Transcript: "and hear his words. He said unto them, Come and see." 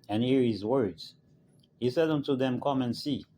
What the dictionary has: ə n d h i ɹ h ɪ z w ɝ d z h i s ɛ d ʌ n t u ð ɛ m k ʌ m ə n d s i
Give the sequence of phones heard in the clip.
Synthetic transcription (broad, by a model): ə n h i ɹ h ɪ z w ɝ d z h i s ɛ d ʌ n t u ð ɛ m k ʌ m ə n s i